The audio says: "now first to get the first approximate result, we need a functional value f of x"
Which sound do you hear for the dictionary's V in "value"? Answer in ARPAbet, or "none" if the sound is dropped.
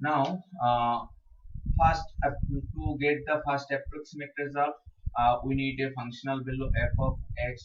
B